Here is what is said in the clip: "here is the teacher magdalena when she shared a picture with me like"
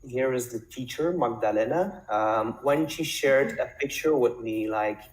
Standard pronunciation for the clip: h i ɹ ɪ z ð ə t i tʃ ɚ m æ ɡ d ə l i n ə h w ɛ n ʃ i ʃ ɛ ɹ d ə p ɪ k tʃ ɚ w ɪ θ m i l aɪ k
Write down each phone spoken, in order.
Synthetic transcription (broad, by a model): h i ɹ ɪ z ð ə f i tʃ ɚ m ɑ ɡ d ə l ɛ n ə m w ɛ n ʃ i ʃ ɛ ɹ d ə p ɪ k tʃ ɚ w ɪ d m i l aɪ k